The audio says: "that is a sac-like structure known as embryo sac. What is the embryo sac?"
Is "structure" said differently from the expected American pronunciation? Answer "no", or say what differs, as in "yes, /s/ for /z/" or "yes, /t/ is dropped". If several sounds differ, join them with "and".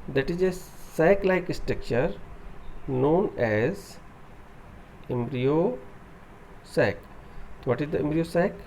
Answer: no